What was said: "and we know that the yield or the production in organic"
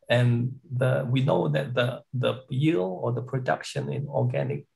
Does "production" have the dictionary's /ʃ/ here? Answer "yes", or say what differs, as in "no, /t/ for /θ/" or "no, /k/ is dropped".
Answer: yes